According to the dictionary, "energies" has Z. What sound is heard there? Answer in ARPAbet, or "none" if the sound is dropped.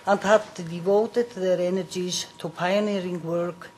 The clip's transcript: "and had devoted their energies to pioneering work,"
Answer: S